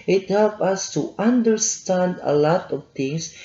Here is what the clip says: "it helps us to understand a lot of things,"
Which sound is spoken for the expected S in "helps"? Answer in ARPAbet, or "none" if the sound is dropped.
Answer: none